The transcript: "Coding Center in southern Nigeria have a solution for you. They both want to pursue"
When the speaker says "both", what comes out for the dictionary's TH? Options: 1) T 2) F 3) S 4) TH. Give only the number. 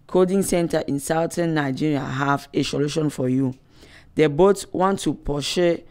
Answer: 1